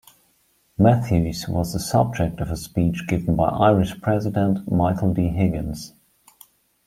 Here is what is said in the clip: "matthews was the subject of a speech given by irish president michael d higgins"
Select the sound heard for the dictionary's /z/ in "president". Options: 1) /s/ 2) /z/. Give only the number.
2